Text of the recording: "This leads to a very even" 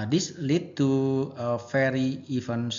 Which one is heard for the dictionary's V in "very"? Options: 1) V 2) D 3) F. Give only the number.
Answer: 3